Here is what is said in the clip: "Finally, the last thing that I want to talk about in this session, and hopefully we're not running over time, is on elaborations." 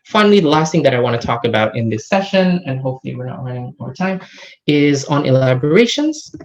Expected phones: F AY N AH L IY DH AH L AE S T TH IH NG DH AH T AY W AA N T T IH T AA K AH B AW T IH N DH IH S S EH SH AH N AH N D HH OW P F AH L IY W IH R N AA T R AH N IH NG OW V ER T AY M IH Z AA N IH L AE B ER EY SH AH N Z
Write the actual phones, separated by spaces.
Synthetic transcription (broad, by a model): F AY N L IY DH AH L AE S T TH IH NG DH AH T AY W AA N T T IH T AA K AH B AW T IH N DH IH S S EH SH AH N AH N HH OW P F L IY W IH R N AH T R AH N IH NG OW V ER T AY M IH Z N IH L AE B ER EY SH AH N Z